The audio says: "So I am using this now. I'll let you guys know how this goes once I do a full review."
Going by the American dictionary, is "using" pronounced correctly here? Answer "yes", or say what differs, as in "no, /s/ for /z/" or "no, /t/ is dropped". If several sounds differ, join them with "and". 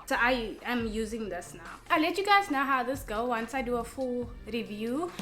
yes